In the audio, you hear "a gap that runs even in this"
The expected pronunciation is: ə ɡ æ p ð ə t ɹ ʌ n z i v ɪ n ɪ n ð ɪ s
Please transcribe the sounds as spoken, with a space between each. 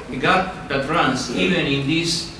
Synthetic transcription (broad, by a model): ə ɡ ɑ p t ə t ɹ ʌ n s i v ɪ n ɪ n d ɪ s